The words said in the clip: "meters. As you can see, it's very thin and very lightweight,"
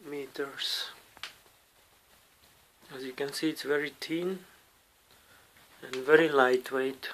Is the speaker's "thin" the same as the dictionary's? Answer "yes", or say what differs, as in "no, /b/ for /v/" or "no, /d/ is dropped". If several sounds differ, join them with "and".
no, /t/ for /θ/